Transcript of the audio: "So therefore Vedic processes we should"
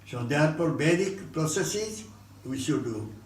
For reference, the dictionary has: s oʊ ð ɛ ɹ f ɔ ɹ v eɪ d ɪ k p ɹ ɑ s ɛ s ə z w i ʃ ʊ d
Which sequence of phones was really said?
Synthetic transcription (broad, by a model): s oʊ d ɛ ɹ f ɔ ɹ b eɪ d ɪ k p ɹ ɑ s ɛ s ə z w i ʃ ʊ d